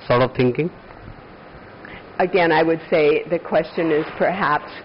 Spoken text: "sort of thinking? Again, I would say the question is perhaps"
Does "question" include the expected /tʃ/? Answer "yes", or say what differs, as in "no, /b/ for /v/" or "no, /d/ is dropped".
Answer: yes